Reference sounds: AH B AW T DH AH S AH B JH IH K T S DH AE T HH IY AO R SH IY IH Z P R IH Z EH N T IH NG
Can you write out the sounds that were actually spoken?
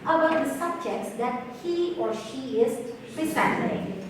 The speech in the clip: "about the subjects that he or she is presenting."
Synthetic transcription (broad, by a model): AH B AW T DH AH S AH B JH IH K T S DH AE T HH IY AO R SH IY IH Z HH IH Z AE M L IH